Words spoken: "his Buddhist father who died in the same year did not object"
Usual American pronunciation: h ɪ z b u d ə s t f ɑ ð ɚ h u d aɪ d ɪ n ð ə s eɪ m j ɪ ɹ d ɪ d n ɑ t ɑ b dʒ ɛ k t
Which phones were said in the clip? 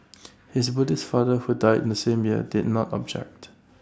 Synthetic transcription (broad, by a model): h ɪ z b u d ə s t f ɑ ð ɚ h u d aɪ d ɪ n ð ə s eɪ m j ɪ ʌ d ɪ d n ɑ t ɑ b dʒ ɛ k t